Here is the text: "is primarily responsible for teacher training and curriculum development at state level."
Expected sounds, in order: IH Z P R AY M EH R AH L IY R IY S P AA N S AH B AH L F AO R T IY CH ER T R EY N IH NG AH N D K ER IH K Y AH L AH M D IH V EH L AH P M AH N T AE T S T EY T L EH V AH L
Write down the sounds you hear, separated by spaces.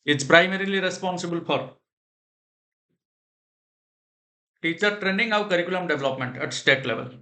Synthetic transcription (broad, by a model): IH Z P R AY M EH R AH L IY R IY S P AA N S AH B AH L F AO R T IY CH ER T R EY N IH NG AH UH K ER IH K Y AH L AH M D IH V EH L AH P M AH N T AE T S T EY T L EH V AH L